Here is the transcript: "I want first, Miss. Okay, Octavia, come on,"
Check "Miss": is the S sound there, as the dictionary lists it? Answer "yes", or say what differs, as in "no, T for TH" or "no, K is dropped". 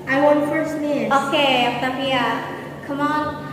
no, S is dropped